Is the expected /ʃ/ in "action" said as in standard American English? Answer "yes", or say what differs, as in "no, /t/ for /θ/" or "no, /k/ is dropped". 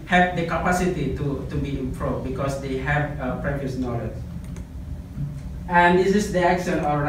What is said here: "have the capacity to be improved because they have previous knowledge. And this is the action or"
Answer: no, /s/ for /ʃ/